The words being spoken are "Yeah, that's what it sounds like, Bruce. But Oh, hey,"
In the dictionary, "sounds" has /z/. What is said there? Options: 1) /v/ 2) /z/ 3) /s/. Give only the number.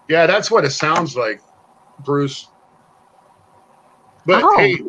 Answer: 2